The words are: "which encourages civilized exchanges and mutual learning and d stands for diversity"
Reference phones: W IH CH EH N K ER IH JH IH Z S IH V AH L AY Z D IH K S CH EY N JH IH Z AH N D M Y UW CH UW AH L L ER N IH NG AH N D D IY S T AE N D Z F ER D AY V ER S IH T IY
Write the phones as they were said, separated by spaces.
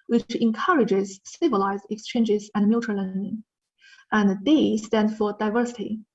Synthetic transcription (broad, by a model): W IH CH EH N K ER IH JH IH Z S IH V AH L AY Z D IH K S CH EY N JH IH Z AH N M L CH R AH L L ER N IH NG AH N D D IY S T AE N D F ER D AY V ER S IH T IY